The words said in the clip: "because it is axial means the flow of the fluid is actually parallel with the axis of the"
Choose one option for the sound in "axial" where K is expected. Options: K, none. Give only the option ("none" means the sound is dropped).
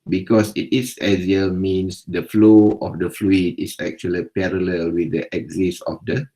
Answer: none